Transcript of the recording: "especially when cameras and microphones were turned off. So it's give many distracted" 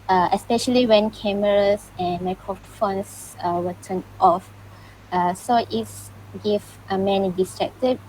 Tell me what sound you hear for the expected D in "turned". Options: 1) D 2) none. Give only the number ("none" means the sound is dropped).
2